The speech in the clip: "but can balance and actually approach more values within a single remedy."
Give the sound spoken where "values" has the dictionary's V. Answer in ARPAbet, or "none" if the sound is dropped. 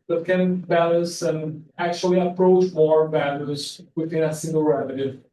B